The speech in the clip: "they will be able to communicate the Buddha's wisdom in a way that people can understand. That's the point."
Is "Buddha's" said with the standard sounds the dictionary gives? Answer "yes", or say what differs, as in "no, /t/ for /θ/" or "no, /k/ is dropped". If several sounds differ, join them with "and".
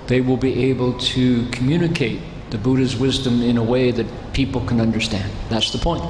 yes